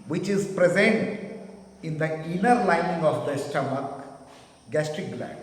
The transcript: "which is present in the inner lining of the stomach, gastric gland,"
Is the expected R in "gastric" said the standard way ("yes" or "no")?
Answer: yes